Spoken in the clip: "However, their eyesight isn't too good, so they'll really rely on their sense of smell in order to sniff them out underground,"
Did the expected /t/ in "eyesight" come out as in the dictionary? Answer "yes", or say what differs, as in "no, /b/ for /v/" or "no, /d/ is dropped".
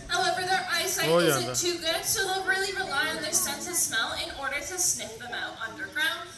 no, /t/ is dropped